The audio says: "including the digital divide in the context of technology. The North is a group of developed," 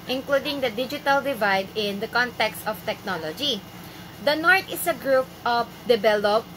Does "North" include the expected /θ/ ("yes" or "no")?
no